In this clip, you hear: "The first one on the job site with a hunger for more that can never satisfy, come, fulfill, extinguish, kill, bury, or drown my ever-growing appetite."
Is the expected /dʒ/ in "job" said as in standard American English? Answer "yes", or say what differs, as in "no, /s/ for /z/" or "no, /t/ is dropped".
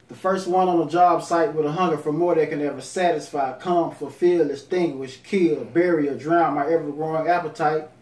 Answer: yes